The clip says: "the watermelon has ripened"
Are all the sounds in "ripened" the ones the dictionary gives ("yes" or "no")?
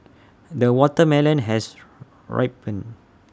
no